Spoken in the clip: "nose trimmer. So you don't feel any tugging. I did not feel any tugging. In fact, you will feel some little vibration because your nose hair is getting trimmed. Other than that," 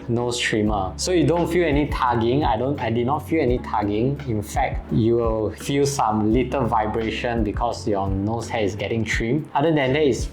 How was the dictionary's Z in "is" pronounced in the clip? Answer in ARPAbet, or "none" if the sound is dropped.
S